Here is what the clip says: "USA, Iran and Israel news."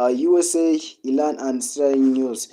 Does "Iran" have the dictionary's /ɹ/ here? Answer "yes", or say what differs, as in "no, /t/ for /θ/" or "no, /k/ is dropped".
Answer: no, /l/ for /ɹ/